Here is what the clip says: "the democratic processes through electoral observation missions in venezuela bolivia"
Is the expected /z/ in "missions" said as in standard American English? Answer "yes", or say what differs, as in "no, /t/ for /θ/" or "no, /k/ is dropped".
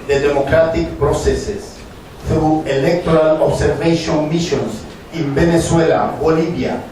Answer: no, /s/ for /z/